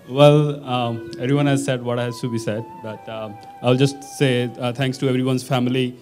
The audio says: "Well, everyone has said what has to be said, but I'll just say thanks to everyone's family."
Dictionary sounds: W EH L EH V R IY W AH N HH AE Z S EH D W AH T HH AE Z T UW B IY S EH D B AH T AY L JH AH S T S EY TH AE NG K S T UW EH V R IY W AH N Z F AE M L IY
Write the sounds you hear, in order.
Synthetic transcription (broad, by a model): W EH L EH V R IY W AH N HH AE Z S EH D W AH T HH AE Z T UW B IY S EH D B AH T AY L JH AH S T S EY T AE NG K S T UW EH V R IY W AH N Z F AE M L IY